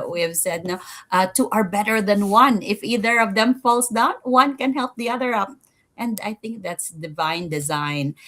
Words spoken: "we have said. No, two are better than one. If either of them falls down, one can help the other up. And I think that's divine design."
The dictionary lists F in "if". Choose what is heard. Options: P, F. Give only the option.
F